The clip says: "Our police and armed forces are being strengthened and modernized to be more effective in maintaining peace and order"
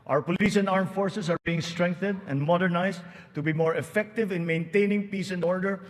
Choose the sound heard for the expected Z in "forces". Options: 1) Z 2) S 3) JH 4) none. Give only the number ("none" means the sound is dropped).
2